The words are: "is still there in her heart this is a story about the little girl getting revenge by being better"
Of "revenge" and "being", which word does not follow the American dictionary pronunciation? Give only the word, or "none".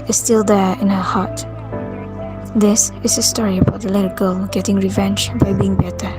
none